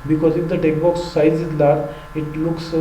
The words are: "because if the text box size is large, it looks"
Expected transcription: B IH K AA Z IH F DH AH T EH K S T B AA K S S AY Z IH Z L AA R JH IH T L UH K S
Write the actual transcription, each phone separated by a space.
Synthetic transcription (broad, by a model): B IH K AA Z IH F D AH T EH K B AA K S S AY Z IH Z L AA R IH T L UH K S